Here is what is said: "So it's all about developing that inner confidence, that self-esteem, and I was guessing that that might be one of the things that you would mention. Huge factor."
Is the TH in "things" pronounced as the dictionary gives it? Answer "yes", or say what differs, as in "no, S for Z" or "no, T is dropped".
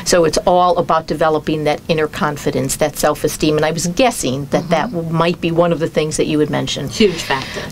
yes